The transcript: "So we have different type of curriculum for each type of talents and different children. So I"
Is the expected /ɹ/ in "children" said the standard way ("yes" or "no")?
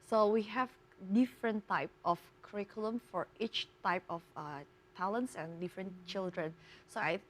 yes